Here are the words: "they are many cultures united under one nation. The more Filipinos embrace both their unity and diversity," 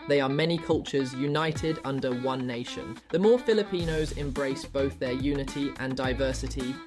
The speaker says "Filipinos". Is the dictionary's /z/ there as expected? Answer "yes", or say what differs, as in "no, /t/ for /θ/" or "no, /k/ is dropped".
yes